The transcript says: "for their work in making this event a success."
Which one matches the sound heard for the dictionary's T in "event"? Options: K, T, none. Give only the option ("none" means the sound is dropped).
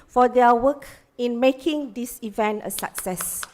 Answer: T